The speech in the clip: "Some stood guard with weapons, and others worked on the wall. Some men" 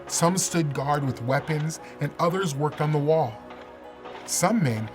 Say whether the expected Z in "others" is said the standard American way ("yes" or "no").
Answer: yes